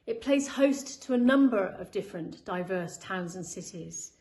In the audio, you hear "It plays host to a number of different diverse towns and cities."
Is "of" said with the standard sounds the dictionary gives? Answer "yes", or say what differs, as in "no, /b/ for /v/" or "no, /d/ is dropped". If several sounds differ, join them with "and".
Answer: yes